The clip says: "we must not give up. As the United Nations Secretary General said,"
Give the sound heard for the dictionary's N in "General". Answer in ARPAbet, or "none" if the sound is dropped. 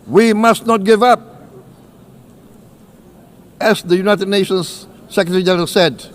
none